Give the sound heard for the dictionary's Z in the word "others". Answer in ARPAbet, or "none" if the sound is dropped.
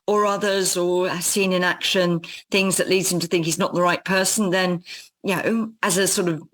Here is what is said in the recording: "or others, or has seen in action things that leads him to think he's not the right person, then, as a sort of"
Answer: Z